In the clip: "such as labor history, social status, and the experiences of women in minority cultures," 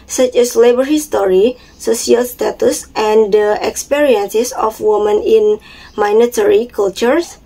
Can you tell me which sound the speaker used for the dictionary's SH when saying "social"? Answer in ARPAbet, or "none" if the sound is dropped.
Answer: S